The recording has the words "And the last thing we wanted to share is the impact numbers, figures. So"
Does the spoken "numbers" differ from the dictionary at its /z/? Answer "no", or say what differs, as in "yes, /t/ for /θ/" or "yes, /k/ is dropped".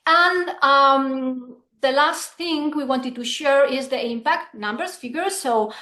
yes, /s/ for /z/